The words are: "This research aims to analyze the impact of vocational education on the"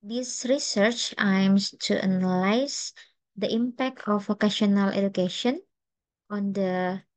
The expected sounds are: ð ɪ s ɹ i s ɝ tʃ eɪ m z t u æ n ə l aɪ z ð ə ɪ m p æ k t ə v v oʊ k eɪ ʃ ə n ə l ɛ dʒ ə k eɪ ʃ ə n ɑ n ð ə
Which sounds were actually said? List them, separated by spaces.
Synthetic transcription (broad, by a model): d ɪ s ɹ i s ɝ tʃ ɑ m s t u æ n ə l aɪ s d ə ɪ m p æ k t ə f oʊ k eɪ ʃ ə n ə l ɛ dʒ ə k eɪ ʃ ə n ɑ n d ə